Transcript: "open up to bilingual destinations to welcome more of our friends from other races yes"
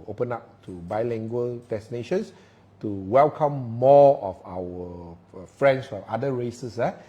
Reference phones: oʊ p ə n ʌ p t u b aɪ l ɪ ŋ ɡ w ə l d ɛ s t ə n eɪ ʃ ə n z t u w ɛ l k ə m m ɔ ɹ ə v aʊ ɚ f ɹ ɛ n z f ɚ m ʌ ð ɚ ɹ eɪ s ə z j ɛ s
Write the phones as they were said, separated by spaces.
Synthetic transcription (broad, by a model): oʊ p ə n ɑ p t u b aɪ l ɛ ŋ ɡ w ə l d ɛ s t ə n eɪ ʃ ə n s t u w ɛ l k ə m m ɔ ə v aʊ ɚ f ɹ ɛ n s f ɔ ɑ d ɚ ɹ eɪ s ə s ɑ